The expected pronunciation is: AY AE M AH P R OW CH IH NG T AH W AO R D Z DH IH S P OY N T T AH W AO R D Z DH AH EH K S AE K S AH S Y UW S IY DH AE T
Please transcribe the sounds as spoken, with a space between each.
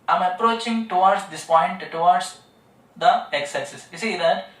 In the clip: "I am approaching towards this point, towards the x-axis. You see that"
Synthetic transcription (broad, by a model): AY M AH P R OW CH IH NG T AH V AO R D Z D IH S P OY N T T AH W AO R D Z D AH EH K S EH S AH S Y UW S IY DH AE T